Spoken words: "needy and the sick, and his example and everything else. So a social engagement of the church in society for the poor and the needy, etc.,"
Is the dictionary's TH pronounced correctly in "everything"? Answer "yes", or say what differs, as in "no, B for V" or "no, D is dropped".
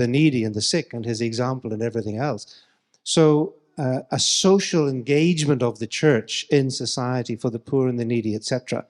yes